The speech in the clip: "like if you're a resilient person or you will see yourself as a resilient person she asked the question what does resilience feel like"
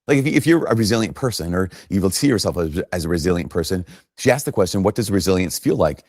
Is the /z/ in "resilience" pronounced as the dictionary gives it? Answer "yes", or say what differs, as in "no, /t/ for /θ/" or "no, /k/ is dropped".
yes